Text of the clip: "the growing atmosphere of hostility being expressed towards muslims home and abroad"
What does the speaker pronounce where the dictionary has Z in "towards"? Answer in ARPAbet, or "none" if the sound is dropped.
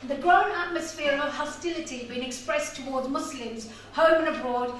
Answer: Z